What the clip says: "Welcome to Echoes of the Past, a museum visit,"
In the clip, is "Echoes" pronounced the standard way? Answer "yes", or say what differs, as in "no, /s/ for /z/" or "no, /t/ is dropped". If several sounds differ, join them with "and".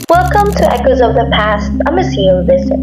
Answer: yes